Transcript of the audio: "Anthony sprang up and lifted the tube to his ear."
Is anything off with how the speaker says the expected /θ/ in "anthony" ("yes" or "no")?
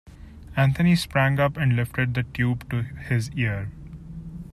yes